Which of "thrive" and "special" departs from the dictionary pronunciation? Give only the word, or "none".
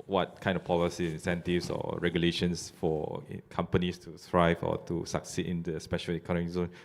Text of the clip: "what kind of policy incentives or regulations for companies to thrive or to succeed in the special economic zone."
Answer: thrive